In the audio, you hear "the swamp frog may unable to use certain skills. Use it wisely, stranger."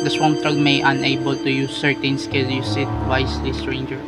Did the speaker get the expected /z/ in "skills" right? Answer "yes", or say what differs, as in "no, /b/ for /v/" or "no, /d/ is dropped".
no, /z/ is dropped